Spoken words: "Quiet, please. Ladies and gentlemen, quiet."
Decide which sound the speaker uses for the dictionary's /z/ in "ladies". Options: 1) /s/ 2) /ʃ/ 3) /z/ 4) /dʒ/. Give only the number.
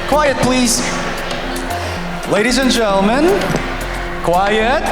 3